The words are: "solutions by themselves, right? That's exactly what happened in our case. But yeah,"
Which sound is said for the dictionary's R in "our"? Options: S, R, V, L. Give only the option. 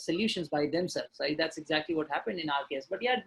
L